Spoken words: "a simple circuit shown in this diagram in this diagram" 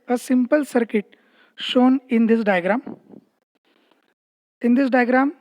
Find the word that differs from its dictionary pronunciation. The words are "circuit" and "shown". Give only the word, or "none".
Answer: none